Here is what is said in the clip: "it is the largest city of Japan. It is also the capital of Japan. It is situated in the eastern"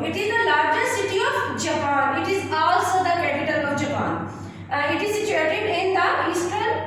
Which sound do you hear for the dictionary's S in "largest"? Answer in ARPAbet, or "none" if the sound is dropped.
none